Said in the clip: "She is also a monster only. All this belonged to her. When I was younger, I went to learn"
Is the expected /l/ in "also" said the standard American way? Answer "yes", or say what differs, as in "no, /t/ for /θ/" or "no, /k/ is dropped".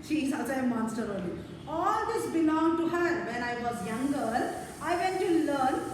no, /l/ is dropped